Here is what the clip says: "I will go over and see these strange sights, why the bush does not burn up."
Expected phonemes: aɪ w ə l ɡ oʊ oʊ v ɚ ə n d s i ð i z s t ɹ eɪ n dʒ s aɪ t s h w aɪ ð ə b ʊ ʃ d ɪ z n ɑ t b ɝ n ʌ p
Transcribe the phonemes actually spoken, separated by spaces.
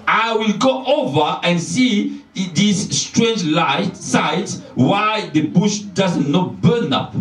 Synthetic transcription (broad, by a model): aɪ w ə l ɡ oʊ oʊ v ɚ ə n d s i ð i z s t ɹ eɪ n dʒ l aɪ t s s w aɪ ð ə b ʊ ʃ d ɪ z n ɑ t b ɝ n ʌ p